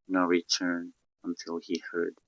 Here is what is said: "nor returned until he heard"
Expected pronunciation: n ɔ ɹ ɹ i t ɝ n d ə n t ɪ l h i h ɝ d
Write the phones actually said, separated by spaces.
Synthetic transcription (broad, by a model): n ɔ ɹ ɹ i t ɝ n ə n t ɪ l h i h ɝ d